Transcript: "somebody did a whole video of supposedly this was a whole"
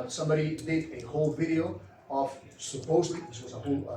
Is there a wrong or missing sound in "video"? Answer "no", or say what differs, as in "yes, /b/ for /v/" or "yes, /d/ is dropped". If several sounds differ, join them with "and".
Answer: no